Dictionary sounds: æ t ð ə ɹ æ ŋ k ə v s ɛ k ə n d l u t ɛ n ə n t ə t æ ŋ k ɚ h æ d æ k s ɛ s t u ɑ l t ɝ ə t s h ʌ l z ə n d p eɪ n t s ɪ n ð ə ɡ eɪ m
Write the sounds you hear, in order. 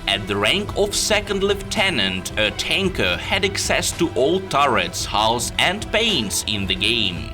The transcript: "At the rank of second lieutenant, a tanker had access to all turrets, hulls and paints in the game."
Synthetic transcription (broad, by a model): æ t ð ə ɹ æ ŋ k ə v s ɛ k ə n d l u t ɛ n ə n t ə t æ ŋ k ɚ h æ d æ k s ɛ s t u ɑ l t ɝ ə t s h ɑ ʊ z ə n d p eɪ n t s ɪ n ð ə ɡ eɪ m